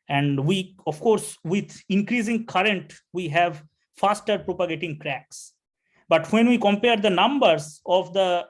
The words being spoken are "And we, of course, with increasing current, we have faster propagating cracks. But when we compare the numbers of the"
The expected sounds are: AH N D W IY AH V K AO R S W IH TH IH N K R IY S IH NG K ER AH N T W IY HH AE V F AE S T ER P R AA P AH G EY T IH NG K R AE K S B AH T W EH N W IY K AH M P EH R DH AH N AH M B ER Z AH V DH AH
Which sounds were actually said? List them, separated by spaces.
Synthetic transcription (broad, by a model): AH N D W IY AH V K AO R S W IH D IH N K R IY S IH NG K ER AH N T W IY HH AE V F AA S T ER P R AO P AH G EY T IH NG K R AE K S B AH T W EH N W IY K AH M P EH R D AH N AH M B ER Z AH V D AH